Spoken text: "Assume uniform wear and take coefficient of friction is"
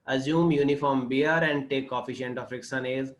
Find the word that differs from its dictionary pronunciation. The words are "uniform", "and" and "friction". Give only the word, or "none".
friction